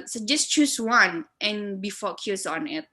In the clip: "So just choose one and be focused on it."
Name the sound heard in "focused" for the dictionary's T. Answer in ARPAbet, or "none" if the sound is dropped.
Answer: none